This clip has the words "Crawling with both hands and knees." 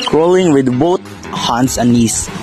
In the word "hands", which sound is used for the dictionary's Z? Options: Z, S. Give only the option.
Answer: S